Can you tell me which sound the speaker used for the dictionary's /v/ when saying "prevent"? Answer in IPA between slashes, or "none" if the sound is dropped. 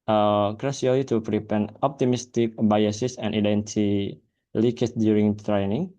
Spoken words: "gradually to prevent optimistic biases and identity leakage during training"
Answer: /p/